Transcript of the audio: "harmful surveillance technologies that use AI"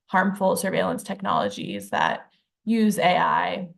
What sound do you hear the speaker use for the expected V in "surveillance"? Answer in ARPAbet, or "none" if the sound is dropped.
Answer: V